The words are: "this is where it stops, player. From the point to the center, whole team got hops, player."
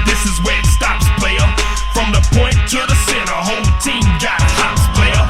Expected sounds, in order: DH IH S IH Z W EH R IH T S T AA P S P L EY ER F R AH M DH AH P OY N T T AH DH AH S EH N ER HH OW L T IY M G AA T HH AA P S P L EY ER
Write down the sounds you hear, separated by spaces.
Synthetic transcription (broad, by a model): DH IH S IH Z W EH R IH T S T AA P S P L EY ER F R AH M DH AH P OY N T T AH DH AH S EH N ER HH OW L T IY M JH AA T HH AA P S P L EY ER